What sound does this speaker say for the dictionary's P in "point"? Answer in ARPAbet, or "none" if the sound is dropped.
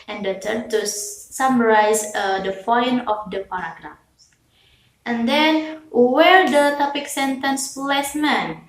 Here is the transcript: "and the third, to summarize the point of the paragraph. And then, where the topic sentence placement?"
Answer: F